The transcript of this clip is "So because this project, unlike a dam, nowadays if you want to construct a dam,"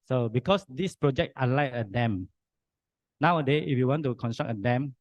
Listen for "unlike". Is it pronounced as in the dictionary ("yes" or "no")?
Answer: no